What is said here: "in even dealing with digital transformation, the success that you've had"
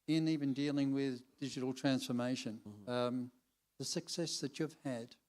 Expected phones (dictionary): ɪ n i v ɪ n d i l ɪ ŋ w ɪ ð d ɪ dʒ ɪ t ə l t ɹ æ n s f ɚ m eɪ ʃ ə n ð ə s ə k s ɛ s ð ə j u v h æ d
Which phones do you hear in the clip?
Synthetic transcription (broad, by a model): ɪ n i v ɪ n d i l ɪ ŋ w ɪ ð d ɪ dʒ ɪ t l t ɹ æ n s f ɚ m eɪ ʃ ə n ð ə s ə k s ɛ s ð ə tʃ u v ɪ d